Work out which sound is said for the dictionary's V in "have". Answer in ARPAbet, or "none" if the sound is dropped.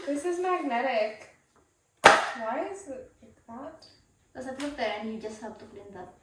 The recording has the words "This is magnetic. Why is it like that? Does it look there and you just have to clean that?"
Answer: B